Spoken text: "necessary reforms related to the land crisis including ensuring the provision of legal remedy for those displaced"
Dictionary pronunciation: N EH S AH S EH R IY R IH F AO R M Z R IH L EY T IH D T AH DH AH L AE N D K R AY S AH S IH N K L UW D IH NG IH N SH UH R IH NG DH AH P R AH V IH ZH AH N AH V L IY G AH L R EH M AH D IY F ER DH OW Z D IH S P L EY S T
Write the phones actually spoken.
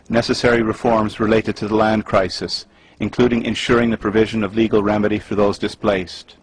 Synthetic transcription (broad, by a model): N EH S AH S EH R IY R IH F AO R M Z R IH L EY T IH D T AH DH AH L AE N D K R AY S AH S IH N K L UW D IH NG IH N SH UH R IH NG DH AH P R AH V IH ZH AH N AH V L IY G AH L R EH M AH D IY F ER DH OW Z D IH S P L EY S T